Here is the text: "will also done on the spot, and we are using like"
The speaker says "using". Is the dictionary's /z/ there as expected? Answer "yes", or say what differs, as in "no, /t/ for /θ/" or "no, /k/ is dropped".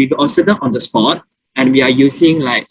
no, /s/ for /z/